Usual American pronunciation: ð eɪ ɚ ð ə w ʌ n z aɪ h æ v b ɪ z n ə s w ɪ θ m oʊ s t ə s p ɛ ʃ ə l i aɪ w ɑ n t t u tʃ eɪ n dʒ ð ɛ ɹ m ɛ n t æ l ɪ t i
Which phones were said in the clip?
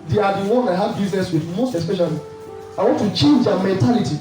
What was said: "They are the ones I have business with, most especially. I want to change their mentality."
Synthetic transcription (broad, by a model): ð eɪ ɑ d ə w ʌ n aɪ h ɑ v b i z n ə s w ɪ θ m oʊ s t ə s p ɛ ʃ ə l i aɪ w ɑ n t t u tʃ eɪ n dʒ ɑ m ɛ n t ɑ l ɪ t i